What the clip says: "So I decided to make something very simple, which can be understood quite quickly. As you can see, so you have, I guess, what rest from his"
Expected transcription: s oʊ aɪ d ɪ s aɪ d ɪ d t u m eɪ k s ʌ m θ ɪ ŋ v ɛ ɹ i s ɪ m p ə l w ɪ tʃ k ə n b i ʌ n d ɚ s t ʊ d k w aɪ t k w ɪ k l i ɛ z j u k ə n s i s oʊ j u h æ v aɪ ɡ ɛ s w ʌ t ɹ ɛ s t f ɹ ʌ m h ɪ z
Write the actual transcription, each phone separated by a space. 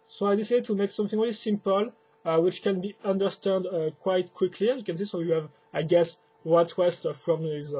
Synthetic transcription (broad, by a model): s oʊ aɪ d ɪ s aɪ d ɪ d t u m eɪ k s ʌ m θ ɪ ŋ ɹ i l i s ɪ m p ə l w ɪ tʃ k ə n b i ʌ n d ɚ s t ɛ d k w aɪ t k w ɪ k l i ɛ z j u k ə n s i s oʊ j u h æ v aɪ ɡ ɛ s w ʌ t w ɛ s t f ɹ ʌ m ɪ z